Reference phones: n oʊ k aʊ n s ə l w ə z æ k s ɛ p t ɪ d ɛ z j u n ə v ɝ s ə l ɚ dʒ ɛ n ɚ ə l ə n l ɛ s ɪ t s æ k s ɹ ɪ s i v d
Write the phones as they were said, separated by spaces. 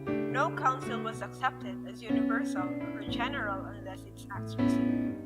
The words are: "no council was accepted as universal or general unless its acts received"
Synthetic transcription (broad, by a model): n oʊ k aʊ n s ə l w ə z æ k s ɛ p t ɪ d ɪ z j u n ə v ɝ s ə l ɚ dʒ ɛ n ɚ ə l ə n l ɛ s ɪ t s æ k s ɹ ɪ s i